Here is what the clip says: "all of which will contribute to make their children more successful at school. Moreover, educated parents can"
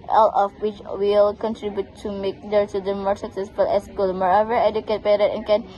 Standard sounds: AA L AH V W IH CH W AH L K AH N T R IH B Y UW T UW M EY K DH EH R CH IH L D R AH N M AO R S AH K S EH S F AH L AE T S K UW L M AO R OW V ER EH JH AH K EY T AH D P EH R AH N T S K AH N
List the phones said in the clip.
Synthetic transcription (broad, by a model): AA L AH F W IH CH W AH L K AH N T R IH B Y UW T UW M EY K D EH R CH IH D AH M AO R S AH K S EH S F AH L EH S K UW L M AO R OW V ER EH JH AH K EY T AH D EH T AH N K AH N